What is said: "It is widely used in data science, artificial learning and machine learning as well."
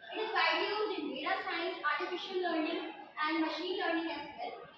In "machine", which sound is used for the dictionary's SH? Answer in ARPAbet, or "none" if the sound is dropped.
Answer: SH